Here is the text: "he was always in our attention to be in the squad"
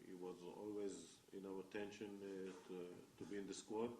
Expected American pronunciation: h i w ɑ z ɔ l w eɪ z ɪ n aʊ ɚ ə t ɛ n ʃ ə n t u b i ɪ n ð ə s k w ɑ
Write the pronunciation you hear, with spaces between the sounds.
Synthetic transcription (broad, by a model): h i w ɑ z ɔ l w eɪ z ɪ n aʊ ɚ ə t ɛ n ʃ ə n t u b i ɪ n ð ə s k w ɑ